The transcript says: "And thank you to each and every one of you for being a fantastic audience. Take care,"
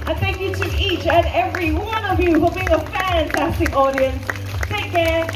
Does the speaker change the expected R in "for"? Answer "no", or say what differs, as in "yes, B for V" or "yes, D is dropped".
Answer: yes, L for R